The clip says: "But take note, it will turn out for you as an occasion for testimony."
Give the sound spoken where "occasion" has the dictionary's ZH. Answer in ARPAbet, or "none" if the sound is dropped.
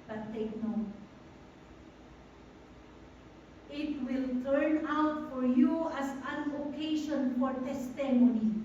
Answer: SH